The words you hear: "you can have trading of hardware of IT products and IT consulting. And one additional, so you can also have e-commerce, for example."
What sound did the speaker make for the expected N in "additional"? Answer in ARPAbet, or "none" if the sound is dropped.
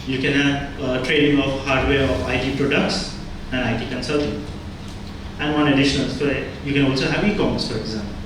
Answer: N